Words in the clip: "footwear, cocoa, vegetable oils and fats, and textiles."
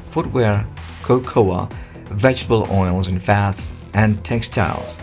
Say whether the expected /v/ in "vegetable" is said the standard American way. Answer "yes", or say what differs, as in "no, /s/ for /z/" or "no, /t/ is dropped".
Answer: yes